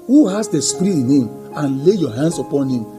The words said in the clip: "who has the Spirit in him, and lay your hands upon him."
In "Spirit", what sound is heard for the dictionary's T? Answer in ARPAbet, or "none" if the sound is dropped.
none